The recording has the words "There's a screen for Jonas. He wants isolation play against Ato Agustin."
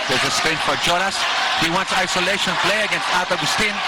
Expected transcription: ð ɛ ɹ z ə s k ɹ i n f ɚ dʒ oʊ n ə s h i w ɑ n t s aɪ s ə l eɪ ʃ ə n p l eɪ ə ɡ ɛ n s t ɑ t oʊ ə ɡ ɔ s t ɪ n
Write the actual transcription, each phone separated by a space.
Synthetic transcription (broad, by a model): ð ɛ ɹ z ə s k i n f ɚ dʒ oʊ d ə s h i w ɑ n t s aɪ s ə l eɪ ʃ ə n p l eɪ ə ɡ ɛ n s t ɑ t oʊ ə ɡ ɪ s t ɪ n